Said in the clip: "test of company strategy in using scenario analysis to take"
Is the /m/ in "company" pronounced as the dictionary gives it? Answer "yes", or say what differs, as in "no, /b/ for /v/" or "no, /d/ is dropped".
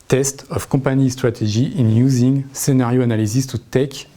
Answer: no, /m/ is dropped